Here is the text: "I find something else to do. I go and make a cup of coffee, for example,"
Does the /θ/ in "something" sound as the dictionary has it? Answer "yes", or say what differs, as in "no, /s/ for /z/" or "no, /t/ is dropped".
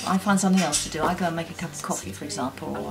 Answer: yes